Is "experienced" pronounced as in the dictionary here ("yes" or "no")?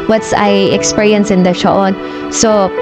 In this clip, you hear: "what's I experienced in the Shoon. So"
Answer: no